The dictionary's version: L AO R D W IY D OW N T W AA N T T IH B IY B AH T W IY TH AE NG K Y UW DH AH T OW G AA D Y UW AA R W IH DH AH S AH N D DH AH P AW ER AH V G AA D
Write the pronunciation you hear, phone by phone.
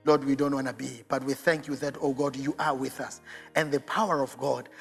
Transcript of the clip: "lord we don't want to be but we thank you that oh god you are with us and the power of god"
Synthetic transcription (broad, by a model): L AO R D W IY D OW N T W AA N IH B IY B AH T W IY TH AE NG K Y UW DH AH T OW G AA D Y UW AA R W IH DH AH S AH N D DH AH P AW ER AH V G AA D